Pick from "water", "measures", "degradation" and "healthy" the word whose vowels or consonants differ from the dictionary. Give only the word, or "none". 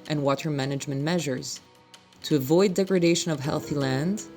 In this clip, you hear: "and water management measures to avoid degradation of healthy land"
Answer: none